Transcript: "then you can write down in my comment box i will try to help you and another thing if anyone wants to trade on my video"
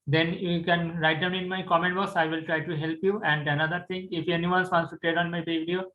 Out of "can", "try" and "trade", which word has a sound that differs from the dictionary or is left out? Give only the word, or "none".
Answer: trade